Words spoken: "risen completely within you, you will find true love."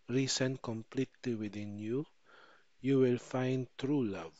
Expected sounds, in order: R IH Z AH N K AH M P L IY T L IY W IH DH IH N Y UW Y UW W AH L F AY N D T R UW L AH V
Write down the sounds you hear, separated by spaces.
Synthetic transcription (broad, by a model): R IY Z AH N K AH M P L IY T L IY W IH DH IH N Y UW Y UW W AH L F AY N D T R UW L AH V